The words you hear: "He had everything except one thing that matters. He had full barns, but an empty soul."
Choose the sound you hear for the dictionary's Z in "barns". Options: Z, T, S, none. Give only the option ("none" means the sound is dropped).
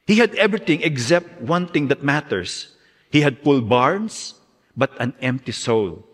S